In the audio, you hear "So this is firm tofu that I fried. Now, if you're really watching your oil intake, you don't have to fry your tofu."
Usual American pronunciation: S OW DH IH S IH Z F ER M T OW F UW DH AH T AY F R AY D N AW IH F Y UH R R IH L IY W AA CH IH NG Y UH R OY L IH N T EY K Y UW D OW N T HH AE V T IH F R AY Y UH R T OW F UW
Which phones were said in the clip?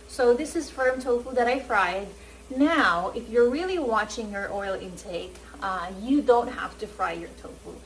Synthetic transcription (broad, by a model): S OW DH IH S IH Z F ER M T OW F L DH AH T AY F R AY D N AW IH F Y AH R R IH L IY W AA CH IH NG Y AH R OY L IH N T EY K Y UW D OW N T HH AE F T IH F R AY Y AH R T OW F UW